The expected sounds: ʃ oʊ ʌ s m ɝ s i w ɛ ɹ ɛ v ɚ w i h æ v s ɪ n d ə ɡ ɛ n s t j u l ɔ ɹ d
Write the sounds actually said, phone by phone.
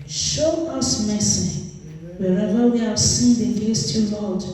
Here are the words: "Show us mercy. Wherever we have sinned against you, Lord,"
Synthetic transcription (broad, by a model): ʃ oʊ ʌ s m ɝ s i w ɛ ɹ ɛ v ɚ w i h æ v s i n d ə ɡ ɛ s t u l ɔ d